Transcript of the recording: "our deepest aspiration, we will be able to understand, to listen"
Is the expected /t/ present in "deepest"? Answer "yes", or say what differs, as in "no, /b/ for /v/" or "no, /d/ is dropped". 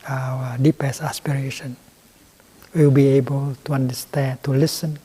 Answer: no, /t/ is dropped